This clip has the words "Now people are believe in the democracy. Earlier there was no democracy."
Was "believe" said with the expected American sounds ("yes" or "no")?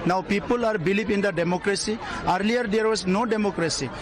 no